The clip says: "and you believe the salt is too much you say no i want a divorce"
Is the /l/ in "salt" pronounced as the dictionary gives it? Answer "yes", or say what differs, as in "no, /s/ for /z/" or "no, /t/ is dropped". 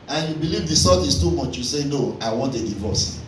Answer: no, /l/ is dropped